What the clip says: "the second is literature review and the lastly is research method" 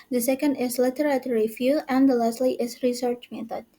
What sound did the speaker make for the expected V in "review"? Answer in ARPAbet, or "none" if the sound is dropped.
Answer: F